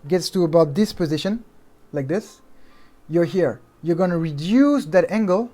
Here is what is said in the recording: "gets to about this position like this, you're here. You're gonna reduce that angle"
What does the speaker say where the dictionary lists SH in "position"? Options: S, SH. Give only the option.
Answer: SH